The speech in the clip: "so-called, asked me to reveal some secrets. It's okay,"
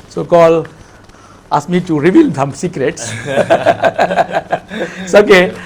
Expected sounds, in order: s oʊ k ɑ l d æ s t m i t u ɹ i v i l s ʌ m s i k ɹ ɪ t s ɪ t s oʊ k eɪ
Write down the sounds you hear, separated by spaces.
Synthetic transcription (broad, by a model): s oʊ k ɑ l ɑ s m i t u ɹ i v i l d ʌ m s i k ɹ ɪ t s s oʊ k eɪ